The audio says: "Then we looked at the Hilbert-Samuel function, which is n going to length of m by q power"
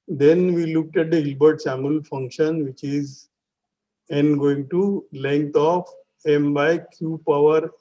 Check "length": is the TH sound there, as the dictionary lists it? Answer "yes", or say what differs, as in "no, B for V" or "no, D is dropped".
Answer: no, T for TH